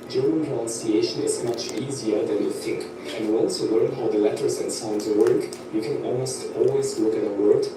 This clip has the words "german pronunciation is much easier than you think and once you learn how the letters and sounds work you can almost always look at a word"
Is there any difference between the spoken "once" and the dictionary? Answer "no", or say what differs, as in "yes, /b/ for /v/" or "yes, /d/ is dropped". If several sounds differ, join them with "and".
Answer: yes, /l/ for /n/